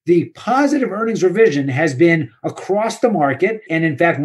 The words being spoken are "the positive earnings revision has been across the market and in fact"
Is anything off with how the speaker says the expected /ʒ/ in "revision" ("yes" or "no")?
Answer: no